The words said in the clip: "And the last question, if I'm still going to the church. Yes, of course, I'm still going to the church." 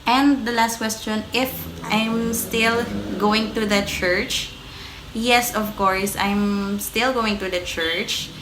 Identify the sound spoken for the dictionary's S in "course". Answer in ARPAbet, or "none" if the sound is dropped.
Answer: S